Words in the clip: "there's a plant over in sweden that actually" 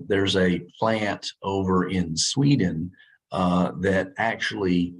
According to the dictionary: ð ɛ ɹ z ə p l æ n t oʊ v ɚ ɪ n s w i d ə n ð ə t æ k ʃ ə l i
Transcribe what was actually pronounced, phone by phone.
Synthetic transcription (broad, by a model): ð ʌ ɹ z ə p l æ n t oʊ v ɚ ɪ n s w i d n ð ə t æ k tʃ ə l i